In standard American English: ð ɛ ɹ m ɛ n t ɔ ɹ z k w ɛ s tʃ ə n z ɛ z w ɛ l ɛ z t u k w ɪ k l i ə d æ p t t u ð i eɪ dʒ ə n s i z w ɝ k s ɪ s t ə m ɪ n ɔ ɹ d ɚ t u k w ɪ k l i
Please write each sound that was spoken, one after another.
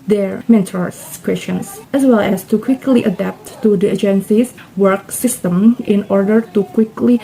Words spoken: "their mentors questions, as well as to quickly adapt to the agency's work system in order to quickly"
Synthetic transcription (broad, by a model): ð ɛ ɹ m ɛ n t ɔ ɹ s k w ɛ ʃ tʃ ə n s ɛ s w ɛ l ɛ s t u k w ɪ k l i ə d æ p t t u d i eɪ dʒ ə n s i s w ɝ k s ɪ s t ə m ɪ n ɔ ɹ d ɚ t u k w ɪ k l i